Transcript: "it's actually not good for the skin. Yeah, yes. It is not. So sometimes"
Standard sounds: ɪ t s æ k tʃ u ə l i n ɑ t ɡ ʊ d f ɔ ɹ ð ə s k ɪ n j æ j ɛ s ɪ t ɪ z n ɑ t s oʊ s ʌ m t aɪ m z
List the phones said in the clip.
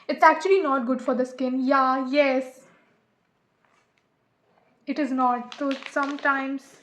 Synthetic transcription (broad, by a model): ɪ t s æ k tʃ u ə l i n ɑ t ɡ ʊ d f ɔ ɹ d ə s k ɪ n j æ j ɛ s ɪ t ɪ z n ɑ t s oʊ s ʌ m t aɪ m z